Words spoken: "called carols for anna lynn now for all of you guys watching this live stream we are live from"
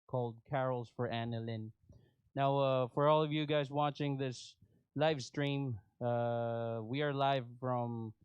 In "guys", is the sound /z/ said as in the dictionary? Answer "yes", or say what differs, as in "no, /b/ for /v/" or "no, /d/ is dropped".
yes